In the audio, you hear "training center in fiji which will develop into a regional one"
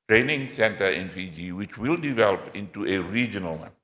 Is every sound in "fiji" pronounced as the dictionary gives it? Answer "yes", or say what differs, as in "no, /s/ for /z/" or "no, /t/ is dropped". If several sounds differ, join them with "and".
no, /p/ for /f/